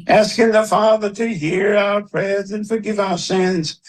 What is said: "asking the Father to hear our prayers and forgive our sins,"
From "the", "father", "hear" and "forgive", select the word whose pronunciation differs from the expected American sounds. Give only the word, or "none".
none